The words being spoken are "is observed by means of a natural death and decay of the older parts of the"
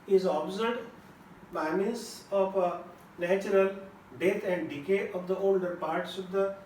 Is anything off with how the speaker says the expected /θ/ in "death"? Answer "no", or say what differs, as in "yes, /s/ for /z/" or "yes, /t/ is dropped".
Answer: yes, /t/ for /θ/